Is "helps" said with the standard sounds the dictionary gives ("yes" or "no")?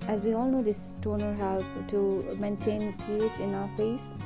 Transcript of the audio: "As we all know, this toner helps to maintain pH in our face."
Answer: no